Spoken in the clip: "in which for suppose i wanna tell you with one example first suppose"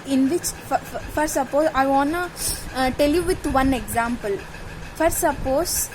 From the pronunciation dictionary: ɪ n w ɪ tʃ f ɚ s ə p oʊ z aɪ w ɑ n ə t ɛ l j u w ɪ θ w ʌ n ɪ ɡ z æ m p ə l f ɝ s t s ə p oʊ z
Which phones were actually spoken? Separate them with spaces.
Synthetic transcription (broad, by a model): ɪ n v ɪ tʃ f ɚ s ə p oʊ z aɪ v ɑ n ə t ɛ l j u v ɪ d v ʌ n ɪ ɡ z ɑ m p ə l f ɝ t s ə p oʊ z